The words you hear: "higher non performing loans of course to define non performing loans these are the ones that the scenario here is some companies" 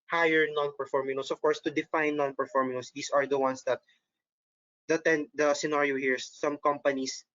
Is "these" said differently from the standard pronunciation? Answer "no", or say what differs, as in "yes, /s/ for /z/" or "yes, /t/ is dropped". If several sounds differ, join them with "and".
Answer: yes, /s/ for /z/